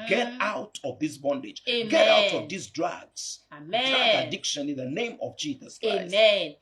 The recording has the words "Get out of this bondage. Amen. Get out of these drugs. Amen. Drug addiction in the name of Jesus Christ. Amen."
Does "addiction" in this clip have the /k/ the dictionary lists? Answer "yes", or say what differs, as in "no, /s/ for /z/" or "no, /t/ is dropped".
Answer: yes